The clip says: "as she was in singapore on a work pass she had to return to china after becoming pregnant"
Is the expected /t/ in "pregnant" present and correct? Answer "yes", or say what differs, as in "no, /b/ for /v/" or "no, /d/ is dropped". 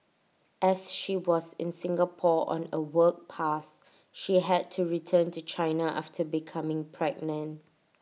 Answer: no, /t/ is dropped